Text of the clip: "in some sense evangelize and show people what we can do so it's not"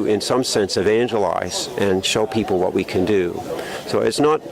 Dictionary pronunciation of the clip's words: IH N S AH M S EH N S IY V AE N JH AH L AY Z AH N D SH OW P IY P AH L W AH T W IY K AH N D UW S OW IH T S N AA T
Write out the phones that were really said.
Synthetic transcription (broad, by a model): IH N S AH M S EH N S IY V AE N JH AH L AY Z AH N SH OW P IY P L W AH T W IY K AH N D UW S OW IH T S N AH T